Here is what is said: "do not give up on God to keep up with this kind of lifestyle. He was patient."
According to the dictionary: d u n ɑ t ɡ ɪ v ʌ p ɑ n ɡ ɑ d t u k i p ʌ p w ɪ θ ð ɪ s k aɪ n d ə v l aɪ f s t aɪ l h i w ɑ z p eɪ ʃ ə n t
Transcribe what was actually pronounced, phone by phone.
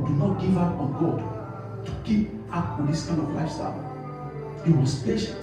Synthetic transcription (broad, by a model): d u n ɑ t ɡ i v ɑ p ɑ n ɡ ɑ d t u k i p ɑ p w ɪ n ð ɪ s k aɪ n ə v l aɪ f s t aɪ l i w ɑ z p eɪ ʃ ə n